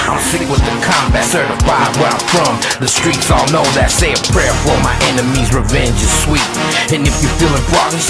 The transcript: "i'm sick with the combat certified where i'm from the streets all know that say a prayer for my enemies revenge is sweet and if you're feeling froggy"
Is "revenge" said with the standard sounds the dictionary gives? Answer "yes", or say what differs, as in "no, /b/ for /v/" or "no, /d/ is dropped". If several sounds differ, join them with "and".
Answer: yes